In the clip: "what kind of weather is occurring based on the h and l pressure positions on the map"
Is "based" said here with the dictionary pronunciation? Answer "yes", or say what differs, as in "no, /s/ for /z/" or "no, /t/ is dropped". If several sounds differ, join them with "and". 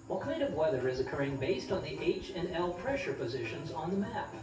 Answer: yes